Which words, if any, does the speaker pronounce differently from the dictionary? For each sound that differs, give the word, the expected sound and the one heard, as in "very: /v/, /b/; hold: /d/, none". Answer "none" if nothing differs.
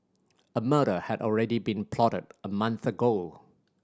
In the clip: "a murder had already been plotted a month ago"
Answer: none